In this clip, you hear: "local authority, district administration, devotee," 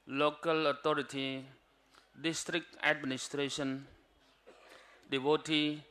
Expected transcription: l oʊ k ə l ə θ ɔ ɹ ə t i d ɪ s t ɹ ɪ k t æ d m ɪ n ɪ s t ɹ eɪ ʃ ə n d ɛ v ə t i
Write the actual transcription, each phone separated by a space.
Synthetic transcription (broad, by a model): l oʊ k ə l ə t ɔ ɹ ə t i d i s t ɹ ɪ k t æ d m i n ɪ s t ɹ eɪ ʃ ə n d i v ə t i